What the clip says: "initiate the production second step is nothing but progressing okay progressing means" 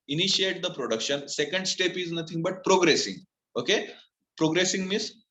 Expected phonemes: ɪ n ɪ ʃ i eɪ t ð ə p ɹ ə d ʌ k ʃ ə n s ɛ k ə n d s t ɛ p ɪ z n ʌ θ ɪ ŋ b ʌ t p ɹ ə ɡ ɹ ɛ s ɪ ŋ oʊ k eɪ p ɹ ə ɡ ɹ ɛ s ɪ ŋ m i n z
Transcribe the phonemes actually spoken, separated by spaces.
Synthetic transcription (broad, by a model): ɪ n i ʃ i eɪ t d ə p ɹ ə d ʌ k ʃ ə n s ɛ k ə n d s t ɛ p ɪ z n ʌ t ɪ ŋ b ʌ t p ɹ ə ɡ ɹ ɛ s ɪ ŋ oʊ k eɪ p ɹ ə ɡ ɹ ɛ s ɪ ŋ m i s